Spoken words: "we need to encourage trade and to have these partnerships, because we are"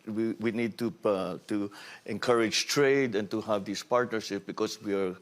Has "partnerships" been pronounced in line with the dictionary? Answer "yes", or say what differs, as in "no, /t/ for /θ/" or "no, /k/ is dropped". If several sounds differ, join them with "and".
no, /s/ is dropped